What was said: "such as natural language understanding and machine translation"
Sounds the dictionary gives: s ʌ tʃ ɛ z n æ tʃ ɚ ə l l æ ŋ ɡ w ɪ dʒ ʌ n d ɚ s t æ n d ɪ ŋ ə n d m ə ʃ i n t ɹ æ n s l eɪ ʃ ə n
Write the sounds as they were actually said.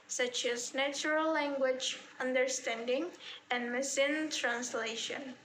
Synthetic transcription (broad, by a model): s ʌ tʃ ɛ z n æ tʃ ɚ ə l l æ ŋ ɡ w ɪ dʒ ʌ n d ɚ s t æ n d ɪ ŋ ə n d m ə s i n t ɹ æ n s l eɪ ʃ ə n